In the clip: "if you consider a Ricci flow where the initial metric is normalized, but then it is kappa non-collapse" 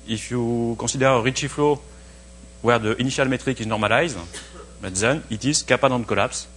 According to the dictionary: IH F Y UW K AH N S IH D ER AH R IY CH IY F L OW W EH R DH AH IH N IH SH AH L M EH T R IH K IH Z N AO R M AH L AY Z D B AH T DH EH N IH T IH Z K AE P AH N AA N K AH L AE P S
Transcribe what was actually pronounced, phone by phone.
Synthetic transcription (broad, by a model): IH F Y UW K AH S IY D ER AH R IY CH IY F L OW W EH R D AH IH N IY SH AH L M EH T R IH K IH Z N AO R M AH L AY Z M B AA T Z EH N IH T IH Z K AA P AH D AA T K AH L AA P S